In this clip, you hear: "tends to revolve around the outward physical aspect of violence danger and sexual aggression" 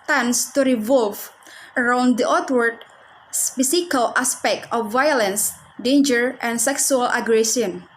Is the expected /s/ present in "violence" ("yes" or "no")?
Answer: yes